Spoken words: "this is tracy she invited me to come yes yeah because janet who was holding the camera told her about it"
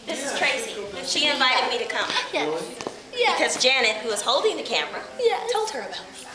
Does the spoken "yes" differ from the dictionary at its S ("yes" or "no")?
yes